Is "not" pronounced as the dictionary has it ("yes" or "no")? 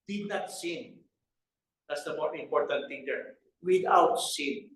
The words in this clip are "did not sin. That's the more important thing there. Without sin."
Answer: yes